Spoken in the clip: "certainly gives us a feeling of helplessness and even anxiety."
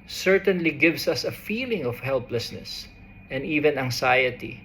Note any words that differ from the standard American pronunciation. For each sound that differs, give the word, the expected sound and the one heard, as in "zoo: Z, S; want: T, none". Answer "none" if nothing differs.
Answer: gives: Z, S